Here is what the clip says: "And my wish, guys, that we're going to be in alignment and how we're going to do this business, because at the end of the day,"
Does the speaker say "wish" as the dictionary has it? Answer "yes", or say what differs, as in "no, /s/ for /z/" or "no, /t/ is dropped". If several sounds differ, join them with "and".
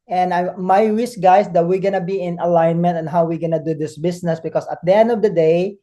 no, /s/ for /ʃ/